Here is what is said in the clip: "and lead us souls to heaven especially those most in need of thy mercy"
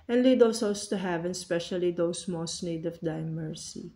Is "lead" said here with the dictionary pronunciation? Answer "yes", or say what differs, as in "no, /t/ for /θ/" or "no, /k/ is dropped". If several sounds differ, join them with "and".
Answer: yes